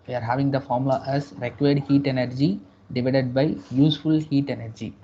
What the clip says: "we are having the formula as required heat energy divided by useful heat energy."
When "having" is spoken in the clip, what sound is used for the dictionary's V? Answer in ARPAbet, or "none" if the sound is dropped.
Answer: V